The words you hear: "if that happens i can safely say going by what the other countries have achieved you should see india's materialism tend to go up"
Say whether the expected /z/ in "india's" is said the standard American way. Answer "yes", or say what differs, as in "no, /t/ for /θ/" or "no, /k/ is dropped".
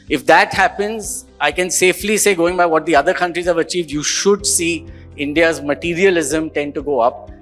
yes